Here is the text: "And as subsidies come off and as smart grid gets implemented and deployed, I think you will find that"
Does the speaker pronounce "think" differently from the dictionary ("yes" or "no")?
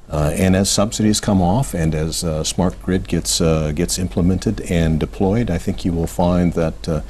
no